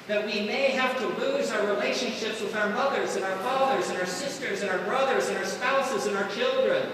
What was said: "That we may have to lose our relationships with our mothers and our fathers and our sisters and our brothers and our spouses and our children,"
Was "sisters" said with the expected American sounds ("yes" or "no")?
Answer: yes